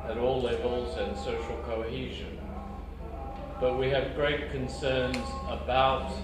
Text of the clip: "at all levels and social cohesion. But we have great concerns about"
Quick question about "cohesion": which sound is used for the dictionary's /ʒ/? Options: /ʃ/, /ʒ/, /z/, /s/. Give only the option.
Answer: /ʒ/